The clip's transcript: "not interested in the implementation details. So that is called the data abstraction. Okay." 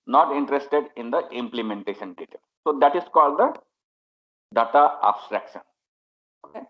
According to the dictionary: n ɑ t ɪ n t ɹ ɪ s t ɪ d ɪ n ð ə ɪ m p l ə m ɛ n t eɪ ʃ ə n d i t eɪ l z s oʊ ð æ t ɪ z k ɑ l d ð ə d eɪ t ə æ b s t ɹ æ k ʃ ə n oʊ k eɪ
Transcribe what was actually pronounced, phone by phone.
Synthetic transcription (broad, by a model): n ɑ t ɪ n t ɹ ɪ s t ɪ d ɪ n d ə ɪ m p l ə m ɛ n t eɪ ʃ ə n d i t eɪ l s oʊ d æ t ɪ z k ɑ l d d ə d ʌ t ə æ b s t ɹ æ k ʃ ə n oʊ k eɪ